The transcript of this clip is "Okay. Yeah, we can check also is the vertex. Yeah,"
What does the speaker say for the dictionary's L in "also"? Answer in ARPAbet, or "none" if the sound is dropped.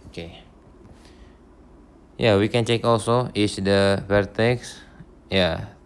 L